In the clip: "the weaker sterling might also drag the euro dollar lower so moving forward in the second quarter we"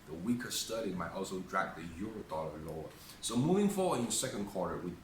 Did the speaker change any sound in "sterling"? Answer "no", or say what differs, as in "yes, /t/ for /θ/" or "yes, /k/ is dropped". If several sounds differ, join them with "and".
yes, /l/ is dropped